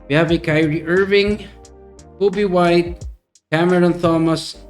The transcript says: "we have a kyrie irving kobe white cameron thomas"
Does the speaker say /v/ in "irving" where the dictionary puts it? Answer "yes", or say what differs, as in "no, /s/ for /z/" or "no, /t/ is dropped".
yes